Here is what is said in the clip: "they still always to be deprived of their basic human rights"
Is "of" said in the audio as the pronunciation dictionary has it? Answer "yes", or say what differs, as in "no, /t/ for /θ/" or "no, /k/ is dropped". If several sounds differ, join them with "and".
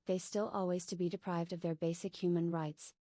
yes